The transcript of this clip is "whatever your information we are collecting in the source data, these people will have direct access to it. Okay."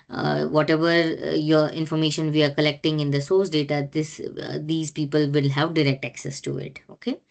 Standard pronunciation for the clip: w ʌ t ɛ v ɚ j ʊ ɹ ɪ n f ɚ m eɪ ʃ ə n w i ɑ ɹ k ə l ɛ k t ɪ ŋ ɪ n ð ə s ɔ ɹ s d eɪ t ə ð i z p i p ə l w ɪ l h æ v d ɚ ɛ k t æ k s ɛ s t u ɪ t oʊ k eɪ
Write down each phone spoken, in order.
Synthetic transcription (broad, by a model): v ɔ t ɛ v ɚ j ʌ ɹ ɪ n f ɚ m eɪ ʃ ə n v i ɑ ɹ k ə l ɛ k t ɪ ŋ ɪ n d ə s ɔ ɹ s d eɪ t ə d i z p i p ə l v ɪ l h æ v d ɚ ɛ k t æ k s ɛ s t u ɪ t oʊ k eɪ